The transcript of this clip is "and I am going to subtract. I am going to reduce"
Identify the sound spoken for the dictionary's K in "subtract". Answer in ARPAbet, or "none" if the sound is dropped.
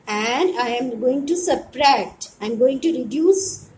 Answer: none